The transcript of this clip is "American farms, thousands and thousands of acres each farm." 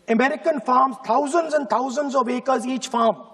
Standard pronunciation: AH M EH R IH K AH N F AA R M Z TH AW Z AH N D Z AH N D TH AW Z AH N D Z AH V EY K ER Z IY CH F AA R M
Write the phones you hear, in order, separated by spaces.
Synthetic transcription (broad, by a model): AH M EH R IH K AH N F AA R M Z T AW Z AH N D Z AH N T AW Z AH N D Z AH V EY K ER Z IY CH F AA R M